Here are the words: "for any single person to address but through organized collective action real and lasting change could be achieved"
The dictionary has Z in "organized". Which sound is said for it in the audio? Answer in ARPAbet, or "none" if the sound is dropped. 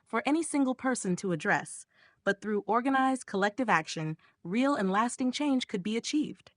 Z